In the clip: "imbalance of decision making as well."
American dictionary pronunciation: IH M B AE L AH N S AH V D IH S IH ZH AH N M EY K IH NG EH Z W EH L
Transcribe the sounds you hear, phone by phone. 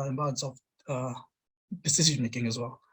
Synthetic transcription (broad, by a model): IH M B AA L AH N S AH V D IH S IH S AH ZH M EY K IH NG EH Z W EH L